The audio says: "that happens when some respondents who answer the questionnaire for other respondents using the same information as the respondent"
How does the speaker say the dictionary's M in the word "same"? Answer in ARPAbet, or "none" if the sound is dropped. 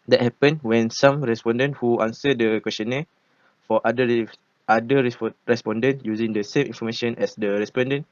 M